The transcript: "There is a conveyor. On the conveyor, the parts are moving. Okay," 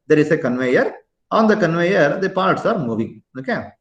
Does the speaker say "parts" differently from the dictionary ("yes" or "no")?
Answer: no